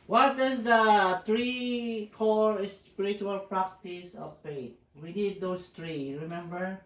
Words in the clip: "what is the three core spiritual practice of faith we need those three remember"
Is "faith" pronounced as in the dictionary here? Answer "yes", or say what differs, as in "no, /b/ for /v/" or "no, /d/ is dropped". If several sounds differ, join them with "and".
no, /t/ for /θ/